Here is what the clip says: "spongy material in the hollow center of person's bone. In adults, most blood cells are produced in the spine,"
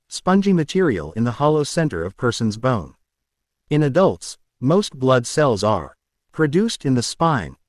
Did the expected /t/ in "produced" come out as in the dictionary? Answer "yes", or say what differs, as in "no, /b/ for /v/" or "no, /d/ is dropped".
yes